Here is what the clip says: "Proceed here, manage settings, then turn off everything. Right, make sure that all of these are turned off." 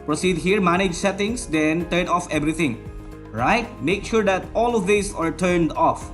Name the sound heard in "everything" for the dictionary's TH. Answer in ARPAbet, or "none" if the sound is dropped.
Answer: T